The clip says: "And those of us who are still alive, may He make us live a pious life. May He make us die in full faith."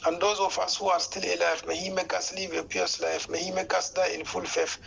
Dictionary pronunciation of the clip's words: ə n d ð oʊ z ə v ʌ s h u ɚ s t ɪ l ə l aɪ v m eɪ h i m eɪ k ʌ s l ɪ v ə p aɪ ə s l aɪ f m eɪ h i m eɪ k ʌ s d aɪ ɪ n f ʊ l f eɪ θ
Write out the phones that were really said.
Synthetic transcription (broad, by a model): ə n d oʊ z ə f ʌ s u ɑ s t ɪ l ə l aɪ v m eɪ h i m eɪ k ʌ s l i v ə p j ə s l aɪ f m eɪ h i m eɪ k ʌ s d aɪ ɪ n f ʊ l f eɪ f